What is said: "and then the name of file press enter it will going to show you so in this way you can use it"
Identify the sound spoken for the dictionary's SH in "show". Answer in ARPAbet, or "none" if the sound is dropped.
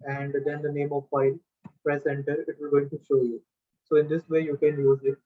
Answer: SH